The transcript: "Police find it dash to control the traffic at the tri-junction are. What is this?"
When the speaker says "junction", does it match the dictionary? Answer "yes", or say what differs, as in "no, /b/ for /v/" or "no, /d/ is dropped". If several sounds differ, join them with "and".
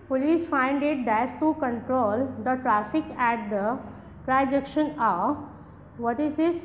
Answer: no, /ŋ/ is dropped